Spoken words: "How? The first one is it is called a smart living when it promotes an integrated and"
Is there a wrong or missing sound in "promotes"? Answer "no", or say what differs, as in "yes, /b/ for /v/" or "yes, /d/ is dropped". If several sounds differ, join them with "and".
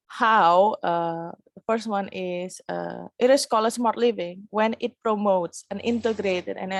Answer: no